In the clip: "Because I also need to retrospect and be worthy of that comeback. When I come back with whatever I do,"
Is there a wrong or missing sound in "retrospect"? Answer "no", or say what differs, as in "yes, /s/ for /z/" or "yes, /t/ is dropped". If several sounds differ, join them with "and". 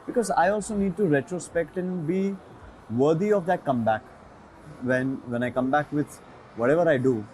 no